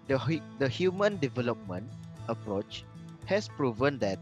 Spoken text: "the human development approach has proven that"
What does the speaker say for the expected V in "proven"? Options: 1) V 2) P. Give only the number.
1